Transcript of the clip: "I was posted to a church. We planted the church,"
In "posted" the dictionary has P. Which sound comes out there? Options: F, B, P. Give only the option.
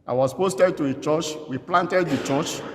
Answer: P